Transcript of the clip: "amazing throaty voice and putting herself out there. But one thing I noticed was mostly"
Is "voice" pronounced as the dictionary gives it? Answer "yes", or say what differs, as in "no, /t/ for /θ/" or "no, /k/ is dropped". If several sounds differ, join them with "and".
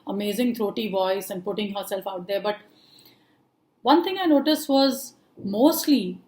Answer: yes